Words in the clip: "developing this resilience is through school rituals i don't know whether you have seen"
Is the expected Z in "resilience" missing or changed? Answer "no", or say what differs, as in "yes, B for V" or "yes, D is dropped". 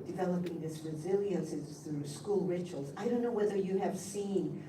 no